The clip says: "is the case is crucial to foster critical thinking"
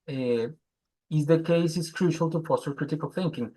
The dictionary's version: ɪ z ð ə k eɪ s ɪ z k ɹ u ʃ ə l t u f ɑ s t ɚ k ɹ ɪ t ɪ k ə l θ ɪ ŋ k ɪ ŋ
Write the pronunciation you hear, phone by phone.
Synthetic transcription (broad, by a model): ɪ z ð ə k eɪ s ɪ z k ɹ u ʃ ə l t u p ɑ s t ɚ k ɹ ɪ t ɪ k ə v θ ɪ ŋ k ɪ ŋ